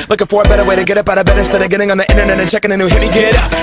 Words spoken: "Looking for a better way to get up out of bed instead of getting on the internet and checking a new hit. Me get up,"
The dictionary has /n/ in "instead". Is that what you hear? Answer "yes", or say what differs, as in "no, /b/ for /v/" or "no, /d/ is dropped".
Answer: no, /n/ is dropped